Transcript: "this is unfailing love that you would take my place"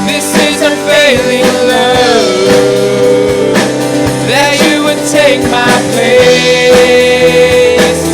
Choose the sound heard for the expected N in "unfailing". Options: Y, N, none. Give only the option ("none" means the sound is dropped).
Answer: none